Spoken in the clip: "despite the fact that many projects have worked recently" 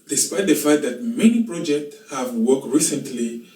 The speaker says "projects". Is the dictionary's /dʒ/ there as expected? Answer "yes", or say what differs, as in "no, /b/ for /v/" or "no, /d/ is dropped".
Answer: yes